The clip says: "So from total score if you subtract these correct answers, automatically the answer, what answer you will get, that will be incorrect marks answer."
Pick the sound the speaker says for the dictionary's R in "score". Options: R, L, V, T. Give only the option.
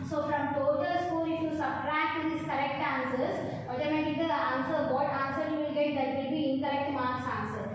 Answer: L